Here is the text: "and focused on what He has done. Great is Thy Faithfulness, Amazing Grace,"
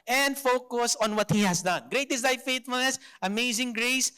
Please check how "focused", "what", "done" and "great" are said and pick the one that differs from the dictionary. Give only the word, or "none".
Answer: focused